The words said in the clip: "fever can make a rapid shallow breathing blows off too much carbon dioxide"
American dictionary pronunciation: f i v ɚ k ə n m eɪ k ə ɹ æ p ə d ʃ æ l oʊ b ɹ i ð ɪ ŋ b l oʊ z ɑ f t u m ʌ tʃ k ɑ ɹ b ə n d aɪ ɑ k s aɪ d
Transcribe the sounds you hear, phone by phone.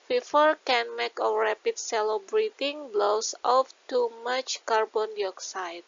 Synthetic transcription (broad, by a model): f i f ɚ k ə n m eɪ k ə ɹ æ p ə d s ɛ l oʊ b ɹ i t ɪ ŋ b l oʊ s ɑ f t u m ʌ tʃ k ɑ ɹ b ə n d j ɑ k s aɪ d